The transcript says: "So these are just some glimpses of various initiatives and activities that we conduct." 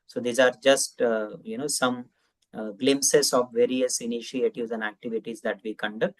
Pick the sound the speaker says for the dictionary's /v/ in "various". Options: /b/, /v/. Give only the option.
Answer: /v/